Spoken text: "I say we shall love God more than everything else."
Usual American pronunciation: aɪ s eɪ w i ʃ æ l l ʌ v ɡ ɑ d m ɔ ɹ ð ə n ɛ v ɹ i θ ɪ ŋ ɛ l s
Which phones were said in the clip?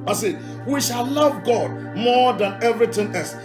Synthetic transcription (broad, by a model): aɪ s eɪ w i ʃ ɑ l l ʌ v ɡ ɑ d m ɔ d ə n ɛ v ɹ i t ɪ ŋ ɛ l s